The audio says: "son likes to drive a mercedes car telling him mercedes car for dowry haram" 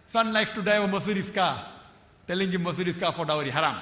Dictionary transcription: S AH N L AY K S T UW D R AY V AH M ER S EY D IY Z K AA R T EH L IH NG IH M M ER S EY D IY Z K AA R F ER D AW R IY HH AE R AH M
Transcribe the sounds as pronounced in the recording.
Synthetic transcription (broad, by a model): S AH N L AY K T UW D AY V AH M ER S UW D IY S K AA T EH L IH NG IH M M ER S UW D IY S K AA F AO D AW R IY HH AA R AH M